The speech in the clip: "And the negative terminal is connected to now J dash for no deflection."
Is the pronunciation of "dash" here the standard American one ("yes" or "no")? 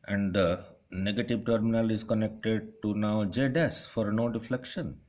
no